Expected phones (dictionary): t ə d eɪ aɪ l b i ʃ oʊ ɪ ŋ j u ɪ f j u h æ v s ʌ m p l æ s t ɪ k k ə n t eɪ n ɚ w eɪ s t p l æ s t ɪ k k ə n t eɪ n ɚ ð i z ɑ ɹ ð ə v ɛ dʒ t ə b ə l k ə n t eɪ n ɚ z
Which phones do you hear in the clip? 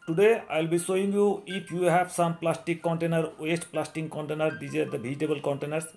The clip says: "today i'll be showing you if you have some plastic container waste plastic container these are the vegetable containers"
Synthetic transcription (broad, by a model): t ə d eɪ aɪ l b i s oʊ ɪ ŋ j u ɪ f j u h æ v s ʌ m p l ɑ s t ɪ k k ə n t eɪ n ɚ w eɪ s t p l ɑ s t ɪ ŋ k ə n t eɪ n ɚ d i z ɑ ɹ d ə b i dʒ t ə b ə l k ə n t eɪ n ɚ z